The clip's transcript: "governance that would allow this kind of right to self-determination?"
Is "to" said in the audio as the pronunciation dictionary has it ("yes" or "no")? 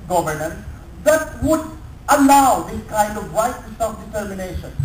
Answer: no